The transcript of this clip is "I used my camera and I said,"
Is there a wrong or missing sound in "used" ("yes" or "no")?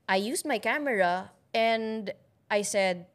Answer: yes